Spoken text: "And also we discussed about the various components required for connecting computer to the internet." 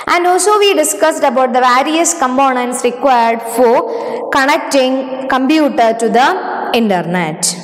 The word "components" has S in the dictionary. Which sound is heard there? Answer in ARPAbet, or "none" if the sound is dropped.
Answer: S